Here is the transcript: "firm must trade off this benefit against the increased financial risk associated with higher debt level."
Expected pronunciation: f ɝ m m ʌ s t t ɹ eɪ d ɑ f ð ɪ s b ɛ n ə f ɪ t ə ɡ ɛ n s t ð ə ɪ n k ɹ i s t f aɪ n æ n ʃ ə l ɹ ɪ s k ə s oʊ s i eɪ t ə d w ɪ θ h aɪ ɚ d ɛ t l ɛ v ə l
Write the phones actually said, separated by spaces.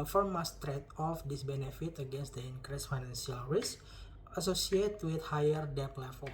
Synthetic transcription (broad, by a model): f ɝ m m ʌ s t t ɹ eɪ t ɑ f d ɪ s b ɛ n ə f ɪ t ə ɡ ɛ n s t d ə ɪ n k ɹ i s f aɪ n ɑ n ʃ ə l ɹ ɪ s ə s oʊ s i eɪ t w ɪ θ h aɪ ɚ d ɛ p l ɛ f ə